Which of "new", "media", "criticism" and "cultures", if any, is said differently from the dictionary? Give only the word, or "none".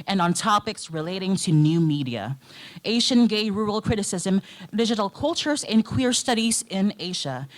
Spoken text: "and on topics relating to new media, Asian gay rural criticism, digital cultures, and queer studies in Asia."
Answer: none